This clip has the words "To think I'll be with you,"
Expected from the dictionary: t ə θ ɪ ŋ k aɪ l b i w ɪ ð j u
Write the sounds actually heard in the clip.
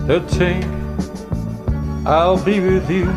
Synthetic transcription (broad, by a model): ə t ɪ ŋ aɪ l b i w ɪ ð j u